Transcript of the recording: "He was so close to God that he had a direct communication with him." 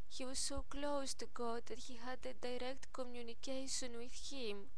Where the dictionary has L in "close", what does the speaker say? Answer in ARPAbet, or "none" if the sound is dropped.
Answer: L